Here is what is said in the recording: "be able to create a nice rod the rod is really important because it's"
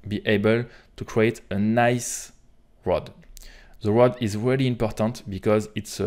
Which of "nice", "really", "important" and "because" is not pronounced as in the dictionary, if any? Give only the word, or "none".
none